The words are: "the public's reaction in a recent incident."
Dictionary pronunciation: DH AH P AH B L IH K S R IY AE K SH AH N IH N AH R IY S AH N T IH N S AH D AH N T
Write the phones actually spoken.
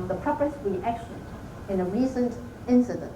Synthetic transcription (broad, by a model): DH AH P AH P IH S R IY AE K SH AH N IH N AH R IY S AH N T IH N S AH D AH N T